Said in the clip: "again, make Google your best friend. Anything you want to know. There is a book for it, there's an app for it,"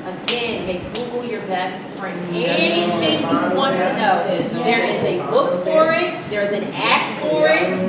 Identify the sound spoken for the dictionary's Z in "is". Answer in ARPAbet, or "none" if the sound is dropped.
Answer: Z